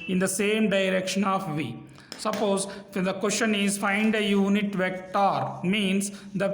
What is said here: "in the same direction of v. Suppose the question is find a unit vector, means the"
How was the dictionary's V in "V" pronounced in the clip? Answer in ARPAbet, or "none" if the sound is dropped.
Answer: V